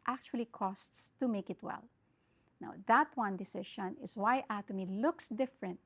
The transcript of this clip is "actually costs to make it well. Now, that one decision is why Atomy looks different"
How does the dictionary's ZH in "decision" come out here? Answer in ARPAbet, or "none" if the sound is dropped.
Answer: SH